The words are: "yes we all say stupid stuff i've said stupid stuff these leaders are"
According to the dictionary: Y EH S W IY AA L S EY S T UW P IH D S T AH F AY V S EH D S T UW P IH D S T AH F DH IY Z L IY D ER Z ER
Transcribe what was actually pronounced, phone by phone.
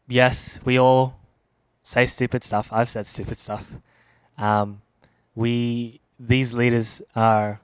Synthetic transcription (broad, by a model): Y EH S W IY AA L S EY S T UW P IH D S T AH F AY V S EH D S T UW P IH D S T AH F DH IY Z L IY D ER Z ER